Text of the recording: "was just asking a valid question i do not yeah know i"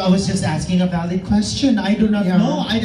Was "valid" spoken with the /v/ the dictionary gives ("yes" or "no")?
no